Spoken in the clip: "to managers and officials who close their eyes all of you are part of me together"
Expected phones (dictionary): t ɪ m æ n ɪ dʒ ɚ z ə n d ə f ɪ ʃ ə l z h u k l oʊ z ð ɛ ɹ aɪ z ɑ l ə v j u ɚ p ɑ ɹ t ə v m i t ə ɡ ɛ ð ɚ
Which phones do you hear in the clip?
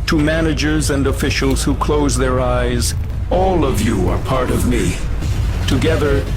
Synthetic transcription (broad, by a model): t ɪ m æ n ɪ dʒ ɚ z ə n d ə f ɪ ʃ l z h u k l oʊ z ð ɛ ɹ aɪ z ɑ l ə v j u ɚ p ɑ ɹ t ə v m i t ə ɡ ɛ ð ɚ